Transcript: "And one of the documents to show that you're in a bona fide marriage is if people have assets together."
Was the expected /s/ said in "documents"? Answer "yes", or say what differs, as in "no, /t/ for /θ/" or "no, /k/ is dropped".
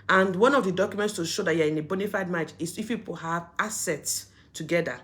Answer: yes